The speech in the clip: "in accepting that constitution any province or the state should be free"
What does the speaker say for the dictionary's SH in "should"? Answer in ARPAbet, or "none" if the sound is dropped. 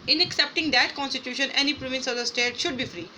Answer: SH